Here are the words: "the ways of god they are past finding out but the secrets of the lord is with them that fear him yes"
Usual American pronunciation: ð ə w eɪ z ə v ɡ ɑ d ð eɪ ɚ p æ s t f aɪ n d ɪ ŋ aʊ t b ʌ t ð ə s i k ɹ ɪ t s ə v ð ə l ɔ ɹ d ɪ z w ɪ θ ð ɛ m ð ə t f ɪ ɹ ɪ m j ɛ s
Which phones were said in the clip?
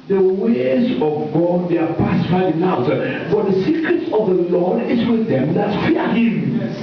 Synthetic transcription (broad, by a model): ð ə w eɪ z ə v ɡ ɑ d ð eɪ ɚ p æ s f aɪ d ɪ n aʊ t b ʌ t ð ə s i k ɹ ɪ t s ə v ð ə l ɔ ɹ d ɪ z w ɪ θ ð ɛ m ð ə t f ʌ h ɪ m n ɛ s